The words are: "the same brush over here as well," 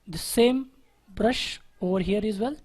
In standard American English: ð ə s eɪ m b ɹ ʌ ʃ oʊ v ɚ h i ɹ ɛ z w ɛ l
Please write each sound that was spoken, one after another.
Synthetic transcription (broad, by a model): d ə s eɪ m b ɹ ʌ ʃ oʊ v ɚ h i ɹ ɛ z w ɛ l